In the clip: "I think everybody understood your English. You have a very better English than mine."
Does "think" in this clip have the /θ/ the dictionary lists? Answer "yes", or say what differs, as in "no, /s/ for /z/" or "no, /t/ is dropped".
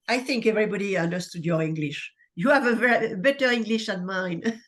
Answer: yes